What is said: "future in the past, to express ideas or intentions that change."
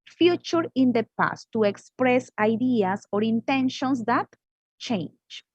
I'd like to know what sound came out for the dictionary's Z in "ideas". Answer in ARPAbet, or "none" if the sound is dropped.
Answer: S